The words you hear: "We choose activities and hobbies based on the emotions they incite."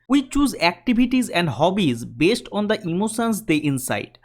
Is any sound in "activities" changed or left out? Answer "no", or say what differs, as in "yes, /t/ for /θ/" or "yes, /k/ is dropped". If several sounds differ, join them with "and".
yes, /b/ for /v/